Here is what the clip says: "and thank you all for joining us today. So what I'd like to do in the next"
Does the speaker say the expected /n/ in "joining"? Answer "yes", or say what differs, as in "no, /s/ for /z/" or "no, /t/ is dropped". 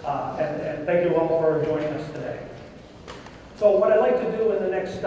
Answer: no, /n/ is dropped